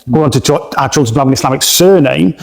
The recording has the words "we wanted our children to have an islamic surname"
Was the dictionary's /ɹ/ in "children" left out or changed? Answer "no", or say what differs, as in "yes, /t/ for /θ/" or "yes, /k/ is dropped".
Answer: yes, /ɹ/ is dropped